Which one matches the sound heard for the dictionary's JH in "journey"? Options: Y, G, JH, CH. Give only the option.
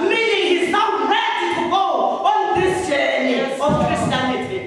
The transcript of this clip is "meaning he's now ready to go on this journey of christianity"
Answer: CH